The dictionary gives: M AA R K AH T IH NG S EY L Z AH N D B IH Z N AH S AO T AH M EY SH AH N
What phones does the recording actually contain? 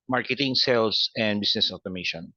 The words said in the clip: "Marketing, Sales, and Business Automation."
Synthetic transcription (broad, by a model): M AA R K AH T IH NG S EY L S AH N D B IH S N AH S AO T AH M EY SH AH N